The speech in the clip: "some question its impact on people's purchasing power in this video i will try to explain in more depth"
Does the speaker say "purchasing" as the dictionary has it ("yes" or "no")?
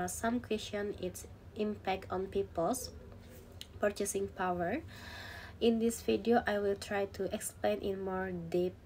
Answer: yes